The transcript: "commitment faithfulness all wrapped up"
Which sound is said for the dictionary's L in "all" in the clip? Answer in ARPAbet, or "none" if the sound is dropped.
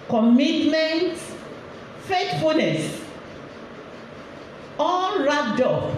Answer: N